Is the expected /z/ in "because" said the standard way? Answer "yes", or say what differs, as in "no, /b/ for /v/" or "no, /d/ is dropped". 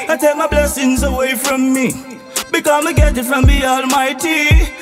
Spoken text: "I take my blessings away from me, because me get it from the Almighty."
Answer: no, /z/ is dropped